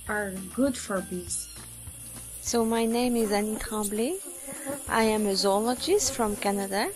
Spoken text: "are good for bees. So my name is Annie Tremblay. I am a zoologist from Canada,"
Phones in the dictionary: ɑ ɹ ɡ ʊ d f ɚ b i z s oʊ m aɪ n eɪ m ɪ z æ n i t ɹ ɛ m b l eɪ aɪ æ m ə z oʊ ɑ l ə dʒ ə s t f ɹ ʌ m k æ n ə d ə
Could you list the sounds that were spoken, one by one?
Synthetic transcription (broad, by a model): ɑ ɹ ɡ ʊ d f ɚ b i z s oʊ m aɪ n eɪ m ɪ z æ n i t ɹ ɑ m b l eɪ aɪ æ m ə z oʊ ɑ l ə dʒ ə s t f ɹ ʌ m k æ n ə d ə